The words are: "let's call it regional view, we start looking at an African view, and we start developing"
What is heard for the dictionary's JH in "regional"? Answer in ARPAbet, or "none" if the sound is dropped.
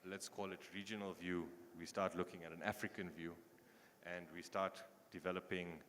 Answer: JH